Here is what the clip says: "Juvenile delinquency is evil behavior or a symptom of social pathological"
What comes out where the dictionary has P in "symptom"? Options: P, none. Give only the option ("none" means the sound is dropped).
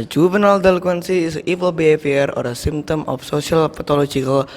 none